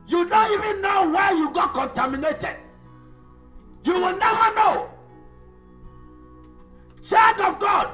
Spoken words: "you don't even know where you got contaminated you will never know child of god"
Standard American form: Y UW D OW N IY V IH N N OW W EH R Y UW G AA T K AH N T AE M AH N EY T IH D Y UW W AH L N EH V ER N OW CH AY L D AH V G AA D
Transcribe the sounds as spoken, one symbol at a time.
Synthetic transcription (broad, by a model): Y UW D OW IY V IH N N OW W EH Y UW G AA T K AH N T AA M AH N EY T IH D Y UW W AH L N EH V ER N OW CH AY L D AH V G AA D